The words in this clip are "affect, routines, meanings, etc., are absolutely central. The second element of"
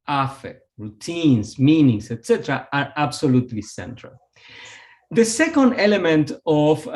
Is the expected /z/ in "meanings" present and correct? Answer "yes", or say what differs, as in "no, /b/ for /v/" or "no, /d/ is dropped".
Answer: no, /s/ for /z/